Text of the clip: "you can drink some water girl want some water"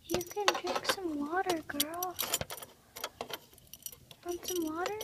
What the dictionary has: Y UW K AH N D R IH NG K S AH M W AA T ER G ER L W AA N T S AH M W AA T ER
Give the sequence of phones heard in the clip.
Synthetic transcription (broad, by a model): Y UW K AH N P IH K S AH M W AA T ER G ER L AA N S AH M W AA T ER